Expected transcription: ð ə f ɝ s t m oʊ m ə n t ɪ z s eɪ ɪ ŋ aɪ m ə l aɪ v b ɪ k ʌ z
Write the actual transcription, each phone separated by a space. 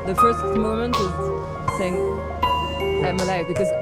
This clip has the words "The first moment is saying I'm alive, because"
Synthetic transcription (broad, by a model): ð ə f ɝ s t m oʊ m ə n t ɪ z s eɪ ɪ ŋ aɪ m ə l aɪ f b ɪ k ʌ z